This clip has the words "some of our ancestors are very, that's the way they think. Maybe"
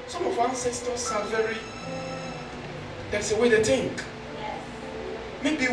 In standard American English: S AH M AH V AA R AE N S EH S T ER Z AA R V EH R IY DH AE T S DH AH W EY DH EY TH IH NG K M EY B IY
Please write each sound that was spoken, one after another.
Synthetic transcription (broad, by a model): S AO M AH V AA N S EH S T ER S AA L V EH R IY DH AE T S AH W EY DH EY T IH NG K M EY B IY